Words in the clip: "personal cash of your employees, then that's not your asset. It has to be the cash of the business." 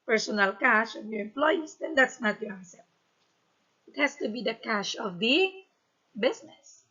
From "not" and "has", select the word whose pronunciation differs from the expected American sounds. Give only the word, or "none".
has